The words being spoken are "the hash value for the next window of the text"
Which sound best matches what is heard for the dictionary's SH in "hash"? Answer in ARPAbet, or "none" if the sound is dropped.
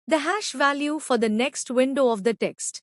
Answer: SH